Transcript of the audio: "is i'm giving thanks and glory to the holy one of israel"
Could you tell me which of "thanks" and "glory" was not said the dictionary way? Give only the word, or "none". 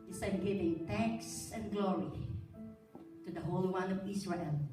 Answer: thanks